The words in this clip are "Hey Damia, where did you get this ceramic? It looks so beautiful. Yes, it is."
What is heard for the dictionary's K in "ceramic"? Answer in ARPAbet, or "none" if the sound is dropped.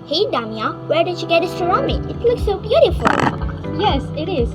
none